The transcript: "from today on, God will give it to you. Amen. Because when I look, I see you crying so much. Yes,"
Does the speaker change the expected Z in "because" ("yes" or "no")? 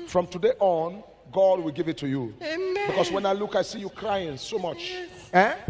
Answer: yes